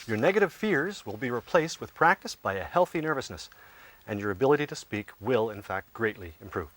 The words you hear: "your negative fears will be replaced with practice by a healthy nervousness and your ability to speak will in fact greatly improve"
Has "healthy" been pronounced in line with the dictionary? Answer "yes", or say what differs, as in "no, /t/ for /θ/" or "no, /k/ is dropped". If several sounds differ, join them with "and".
yes